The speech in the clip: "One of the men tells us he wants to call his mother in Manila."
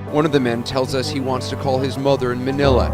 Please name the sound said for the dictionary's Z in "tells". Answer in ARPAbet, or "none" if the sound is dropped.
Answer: Z